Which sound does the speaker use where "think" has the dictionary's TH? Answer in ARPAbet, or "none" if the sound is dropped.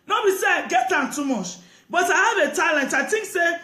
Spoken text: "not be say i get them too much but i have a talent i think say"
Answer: T